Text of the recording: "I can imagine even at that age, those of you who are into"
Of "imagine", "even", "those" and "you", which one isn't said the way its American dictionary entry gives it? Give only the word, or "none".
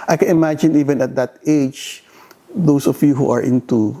those